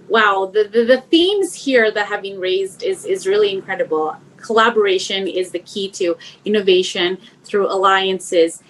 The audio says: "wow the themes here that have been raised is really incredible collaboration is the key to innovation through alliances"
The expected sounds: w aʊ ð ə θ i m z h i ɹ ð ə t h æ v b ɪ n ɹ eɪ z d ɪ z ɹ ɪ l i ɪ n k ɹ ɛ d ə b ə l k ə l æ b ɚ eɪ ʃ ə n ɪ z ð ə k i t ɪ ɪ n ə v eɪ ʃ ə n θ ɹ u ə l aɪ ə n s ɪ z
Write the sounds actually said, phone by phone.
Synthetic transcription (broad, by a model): w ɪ ð ə θ i m z h i ɹ ð ə t h æ v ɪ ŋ ɹ eɪ z d ɪ z ɹ ɪ l i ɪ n k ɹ ɛ d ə b l k ə l æ b ɚ eɪ ʃ ə n ɪ z ð ə k i t ɪ ɪ n ə v eɪ ʃ ə n θ ɹ u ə l aɪ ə n s ɪ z